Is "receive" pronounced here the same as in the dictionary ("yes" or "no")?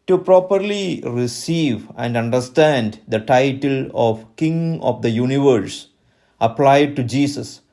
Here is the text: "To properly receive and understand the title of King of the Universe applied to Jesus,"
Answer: yes